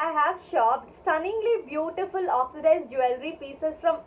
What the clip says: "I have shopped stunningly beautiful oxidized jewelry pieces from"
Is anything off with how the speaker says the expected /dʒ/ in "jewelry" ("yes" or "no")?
no